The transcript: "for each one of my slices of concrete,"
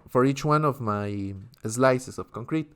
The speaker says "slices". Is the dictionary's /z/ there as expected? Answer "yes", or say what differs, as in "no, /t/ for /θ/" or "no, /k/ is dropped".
no, /s/ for /z/